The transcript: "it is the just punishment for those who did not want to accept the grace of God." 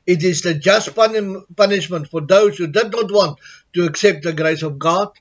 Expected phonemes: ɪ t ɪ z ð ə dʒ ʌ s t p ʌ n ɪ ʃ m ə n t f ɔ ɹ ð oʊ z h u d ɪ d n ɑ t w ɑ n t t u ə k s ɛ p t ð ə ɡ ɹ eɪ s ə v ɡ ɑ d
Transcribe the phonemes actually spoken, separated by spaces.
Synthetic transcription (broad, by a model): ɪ t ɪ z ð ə dʒ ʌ s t p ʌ n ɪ ʃ m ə n t f ɔ ɹ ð oʊ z h u d ɪ d n ɑ t w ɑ n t t u ə k s ɛ p t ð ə ɡ ɹ eɪ s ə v ɡ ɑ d